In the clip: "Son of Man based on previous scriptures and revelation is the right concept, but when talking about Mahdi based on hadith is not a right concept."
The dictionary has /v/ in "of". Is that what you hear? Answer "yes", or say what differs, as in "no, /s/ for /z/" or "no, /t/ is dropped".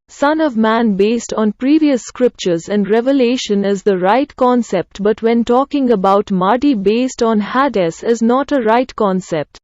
yes